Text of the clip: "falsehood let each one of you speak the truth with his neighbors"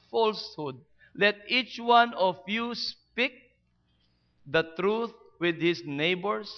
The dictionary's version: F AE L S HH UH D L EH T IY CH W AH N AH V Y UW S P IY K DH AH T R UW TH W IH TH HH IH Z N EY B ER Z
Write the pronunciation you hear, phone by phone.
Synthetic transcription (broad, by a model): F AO L S HH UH D L EH T IY CH W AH N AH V Y UW S P IY K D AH T R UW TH W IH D HH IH S N EY B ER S